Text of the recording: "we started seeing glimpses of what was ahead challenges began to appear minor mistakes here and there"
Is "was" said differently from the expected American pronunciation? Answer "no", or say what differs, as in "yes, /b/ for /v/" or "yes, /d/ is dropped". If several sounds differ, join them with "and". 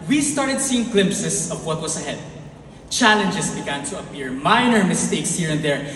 yes, /s/ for /z/